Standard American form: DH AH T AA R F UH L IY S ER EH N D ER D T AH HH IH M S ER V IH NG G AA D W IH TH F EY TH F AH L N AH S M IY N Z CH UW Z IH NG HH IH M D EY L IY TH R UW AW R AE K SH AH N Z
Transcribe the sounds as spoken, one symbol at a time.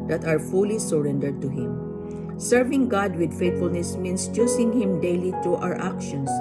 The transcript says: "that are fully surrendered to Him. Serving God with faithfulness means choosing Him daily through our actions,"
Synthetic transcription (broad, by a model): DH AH T AA R F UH L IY S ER EH N D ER D T AH HH IH M S ER V IH NG G AA D W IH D F EY T F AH L N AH S M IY N S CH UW S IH NG HH IH M D EY L IY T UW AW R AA K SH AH N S